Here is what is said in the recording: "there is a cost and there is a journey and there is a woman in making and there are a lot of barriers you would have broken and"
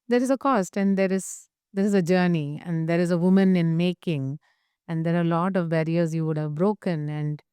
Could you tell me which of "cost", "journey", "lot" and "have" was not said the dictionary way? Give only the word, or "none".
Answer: none